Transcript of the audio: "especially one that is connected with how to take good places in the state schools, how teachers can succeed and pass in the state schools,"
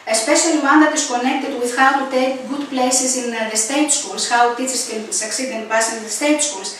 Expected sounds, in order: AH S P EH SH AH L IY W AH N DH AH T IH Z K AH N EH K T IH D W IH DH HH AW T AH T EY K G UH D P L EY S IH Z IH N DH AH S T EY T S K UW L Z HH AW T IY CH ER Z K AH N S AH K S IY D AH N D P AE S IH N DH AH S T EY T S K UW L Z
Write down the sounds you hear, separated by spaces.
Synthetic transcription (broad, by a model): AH S P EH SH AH L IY W AH N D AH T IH S K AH N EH K T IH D W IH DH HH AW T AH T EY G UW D P L EY S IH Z IH N DH AH S T EY T S K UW L S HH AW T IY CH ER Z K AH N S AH K S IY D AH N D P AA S IH N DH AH S T EY T S K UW L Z